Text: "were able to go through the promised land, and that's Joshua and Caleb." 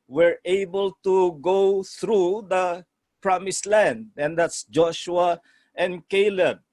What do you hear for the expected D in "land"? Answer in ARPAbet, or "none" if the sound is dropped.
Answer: D